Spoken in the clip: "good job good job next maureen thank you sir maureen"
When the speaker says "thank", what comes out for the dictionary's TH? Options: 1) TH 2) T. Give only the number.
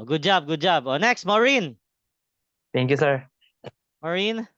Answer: 2